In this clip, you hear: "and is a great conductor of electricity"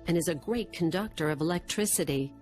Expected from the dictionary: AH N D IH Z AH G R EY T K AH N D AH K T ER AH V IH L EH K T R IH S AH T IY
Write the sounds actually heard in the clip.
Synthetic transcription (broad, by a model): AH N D IH Z AH G R EY T K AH N D AH K T ER AH V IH L EH K T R IH S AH T IY